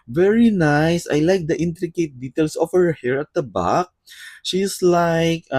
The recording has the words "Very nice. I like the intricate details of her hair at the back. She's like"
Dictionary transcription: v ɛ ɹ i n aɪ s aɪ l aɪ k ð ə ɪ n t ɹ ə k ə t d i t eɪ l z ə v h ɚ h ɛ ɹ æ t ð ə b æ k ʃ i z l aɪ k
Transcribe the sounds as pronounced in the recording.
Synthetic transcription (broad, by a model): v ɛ ɹ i n aɪ s aɪ l aɪ k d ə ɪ n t ɹ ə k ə t d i t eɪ l s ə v h ɚ h ɛ ɹ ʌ t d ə b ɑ k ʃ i s l aɪ k